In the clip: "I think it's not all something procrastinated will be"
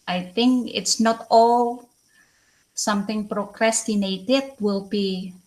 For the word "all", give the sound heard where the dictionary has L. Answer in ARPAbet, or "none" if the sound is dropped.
L